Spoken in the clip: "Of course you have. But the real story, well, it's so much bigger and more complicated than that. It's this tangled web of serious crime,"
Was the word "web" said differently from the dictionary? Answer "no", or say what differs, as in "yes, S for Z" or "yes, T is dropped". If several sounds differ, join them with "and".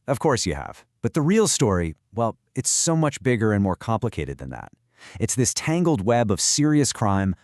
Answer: no